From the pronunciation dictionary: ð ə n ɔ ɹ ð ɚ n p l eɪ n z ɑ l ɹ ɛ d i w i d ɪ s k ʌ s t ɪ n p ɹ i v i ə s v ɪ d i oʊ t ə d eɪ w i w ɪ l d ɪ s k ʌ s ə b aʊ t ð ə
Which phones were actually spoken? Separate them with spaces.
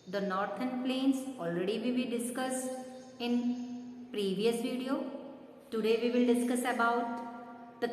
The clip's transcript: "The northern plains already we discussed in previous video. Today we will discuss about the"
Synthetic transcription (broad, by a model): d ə n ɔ ɹ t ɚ n p l eɪ n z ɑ l ɹ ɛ d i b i d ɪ s k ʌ s ɪ n p ɹ i v i ə s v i d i oʊ t ə d eɪ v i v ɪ l d ɪ s k ʌ s ə b aʊ t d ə